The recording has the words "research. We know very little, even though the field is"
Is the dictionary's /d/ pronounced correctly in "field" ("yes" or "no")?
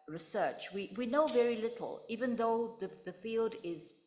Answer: yes